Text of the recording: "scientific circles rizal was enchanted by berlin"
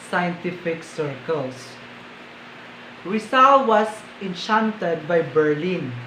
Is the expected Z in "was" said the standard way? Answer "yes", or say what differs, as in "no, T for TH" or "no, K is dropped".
no, S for Z